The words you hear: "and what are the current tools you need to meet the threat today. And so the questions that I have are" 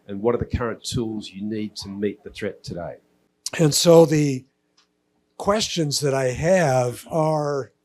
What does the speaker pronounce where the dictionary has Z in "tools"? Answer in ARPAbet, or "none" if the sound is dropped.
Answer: Z